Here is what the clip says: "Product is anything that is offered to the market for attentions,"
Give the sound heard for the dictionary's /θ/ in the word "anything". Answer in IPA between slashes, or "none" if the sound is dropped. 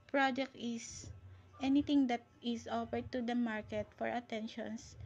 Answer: /t/